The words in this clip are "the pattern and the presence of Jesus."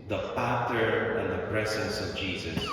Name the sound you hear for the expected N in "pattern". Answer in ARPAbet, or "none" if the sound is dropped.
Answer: none